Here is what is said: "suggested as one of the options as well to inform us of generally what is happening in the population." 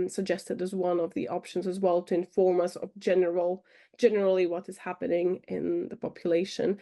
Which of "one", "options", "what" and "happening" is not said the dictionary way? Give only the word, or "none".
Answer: none